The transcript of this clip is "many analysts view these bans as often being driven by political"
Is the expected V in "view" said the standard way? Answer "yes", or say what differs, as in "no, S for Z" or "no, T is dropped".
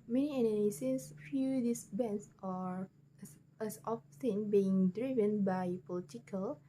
no, F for V